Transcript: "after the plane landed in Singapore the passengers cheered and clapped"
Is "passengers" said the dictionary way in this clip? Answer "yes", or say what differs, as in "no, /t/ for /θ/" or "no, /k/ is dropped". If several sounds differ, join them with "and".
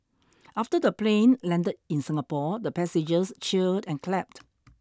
no, /n/ is dropped and /s/ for /z/